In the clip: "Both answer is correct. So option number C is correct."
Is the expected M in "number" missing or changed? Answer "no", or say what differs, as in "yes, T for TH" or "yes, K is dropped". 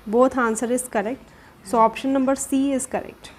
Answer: no